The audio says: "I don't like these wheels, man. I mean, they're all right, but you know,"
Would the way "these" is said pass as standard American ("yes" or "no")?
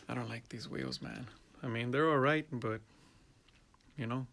yes